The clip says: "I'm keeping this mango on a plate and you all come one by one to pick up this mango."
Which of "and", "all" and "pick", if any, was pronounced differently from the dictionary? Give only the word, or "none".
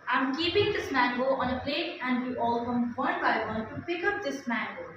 pick